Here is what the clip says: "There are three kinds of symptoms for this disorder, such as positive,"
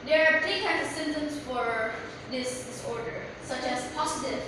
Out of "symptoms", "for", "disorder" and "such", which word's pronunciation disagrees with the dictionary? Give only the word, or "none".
symptoms